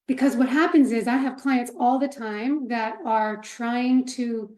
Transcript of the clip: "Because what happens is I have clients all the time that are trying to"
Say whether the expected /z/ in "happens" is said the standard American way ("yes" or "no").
yes